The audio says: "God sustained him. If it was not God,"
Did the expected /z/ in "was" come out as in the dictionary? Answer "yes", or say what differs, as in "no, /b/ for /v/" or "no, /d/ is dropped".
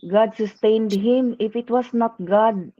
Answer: no, /s/ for /z/